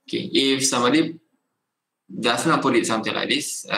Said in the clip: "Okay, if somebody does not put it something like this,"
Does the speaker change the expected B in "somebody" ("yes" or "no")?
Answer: yes